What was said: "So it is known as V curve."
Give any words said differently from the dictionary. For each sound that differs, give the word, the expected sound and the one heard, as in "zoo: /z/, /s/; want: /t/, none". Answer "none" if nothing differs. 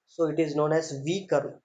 none